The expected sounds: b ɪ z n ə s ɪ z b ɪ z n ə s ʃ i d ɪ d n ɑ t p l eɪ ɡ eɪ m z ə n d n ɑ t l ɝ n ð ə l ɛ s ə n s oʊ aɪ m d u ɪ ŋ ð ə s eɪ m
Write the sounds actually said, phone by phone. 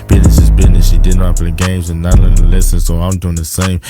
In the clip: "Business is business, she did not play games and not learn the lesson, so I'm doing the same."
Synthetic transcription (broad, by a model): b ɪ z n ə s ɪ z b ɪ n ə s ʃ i d ɪ d n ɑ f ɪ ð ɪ ɡ eɪ m z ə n n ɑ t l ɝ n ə l ɛ s ə n s oʊ aɪ m d u ɪ ŋ ð ə s eɪ m